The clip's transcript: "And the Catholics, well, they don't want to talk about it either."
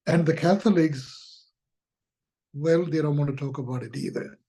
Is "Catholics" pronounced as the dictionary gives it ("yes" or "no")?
yes